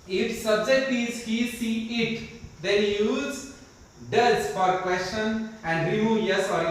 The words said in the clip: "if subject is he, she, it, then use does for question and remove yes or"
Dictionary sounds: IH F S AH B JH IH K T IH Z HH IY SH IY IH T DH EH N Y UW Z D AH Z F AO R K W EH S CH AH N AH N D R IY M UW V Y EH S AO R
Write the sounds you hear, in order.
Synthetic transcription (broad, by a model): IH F S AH B JH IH K T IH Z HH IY S IY IH T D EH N Y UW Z D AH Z F AO R K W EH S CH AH N AH N D R IY M UW V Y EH S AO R